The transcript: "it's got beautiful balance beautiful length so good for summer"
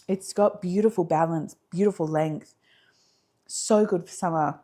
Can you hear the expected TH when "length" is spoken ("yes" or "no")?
yes